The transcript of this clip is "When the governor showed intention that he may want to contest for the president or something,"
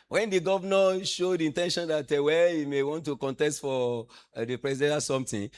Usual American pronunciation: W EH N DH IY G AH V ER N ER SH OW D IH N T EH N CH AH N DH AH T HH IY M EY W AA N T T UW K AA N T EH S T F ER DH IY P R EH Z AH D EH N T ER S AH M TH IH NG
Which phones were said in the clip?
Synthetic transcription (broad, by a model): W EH N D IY G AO V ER N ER SH OW D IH N T EH N SH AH N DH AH T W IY M EY W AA N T T UW K AA N T EH S T F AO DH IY P R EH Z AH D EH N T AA S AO M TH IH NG